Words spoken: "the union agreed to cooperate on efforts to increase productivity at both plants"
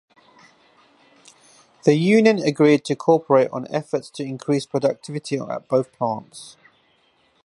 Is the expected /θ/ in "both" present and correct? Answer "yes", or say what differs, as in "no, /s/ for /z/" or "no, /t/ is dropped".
yes